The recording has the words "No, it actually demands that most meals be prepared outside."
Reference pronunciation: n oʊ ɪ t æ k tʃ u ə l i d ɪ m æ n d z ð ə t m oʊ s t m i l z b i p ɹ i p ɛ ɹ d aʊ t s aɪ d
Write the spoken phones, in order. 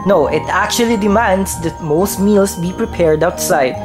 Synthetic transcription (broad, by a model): n oʊ ɪ t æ k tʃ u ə l i d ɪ m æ n d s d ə t m oʊ s t m i l s b i p ɹ i p ɛ ɹ d aʊ t s aɪ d